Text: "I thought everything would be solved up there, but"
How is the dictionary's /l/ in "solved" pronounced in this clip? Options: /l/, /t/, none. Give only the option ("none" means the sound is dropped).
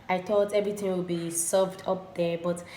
none